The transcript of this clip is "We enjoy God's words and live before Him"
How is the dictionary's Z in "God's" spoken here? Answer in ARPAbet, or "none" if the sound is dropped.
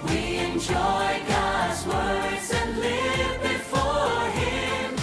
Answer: Z